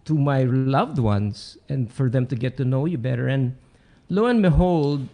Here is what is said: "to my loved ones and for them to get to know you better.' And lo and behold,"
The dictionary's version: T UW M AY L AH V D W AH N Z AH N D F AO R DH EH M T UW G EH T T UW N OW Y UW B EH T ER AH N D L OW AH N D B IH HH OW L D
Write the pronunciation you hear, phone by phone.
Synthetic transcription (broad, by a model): T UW M AY L AH V D W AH N S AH N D F AO R DH EH M T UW G EH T T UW N OW Y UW B EH T ER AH N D L OW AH N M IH HH OW L D